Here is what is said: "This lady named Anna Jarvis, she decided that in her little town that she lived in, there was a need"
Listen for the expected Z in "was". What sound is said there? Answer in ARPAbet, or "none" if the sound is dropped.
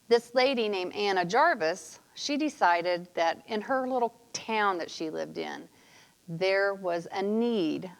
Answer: Z